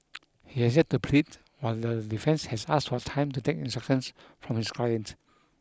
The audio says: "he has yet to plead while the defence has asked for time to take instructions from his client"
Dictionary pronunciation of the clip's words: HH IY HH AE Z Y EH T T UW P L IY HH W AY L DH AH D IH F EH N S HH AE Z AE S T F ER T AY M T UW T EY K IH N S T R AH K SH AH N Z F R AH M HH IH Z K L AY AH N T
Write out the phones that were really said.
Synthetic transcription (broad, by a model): HH IY HH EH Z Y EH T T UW P L IY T W AY L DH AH D IH F EH N S HH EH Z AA S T F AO T AY M T UW T EY K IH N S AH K AH N S F R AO M HH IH S K L AY AH N T